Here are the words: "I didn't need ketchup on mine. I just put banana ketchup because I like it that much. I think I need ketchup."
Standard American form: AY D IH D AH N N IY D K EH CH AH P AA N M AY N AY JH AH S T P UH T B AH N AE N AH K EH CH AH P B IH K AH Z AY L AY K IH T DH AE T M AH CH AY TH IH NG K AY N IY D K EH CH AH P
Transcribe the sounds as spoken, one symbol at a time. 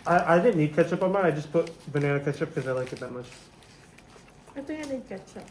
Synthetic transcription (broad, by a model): AY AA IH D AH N N IY D K EH CH AH P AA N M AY AY JH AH S P UH T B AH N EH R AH K EH CH AH P K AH Z AY L AY K IH T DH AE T M AH CH AY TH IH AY N IY D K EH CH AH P